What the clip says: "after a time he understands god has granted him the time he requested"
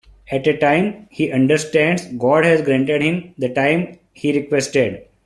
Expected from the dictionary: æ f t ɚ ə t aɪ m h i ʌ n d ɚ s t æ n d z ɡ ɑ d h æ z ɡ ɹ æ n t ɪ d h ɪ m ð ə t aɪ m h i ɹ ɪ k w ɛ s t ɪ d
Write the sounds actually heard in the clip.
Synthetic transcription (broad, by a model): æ t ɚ ə t aɪ m h i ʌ n d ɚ s t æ n d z ɡ ɑ d h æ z ɡ ɹ æ n t ɪ d h ɪ m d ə t aɪ m h i ɹ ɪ k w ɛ s t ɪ d